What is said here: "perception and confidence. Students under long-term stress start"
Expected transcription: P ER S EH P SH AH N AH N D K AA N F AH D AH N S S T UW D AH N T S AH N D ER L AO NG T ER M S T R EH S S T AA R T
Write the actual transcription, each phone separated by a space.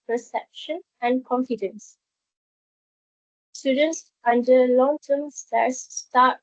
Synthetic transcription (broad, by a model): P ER S EH P SH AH N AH N K AA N F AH D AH N S S T UW D AH N T S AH N D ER L AO NG T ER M S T EH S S T AA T